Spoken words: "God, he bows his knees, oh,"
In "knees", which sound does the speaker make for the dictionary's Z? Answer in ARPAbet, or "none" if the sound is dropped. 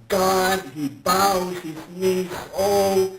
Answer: S